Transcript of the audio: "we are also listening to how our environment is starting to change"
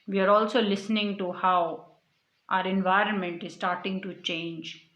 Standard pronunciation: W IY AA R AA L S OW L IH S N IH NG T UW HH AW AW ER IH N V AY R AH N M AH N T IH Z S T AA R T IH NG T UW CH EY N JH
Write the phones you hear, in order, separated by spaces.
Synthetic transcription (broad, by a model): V IY AA R AA L S OW L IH S N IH NG T UW HH AW AW ER IH N V AY R AH N M AH N T IH Z S T AA R T IH NG T UW CH EY N JH